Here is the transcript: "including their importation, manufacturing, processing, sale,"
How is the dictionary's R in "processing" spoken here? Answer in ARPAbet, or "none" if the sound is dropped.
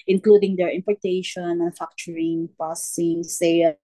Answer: none